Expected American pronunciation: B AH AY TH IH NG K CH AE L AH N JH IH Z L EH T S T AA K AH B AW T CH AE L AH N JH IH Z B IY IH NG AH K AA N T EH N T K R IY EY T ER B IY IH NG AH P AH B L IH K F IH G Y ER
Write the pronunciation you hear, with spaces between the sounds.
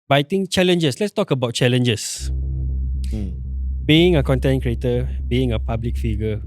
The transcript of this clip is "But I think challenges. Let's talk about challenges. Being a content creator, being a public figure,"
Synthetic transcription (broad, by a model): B AY T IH NG CH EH L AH N JH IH S L EH T S T AA K AH B AW T CH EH L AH N JH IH S B IY IH NG AH K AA N T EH N K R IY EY T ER B IY IH NG AH P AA B L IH K F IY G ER